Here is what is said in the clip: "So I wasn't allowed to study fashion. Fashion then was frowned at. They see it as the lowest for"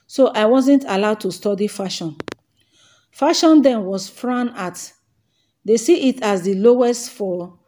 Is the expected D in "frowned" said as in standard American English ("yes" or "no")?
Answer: no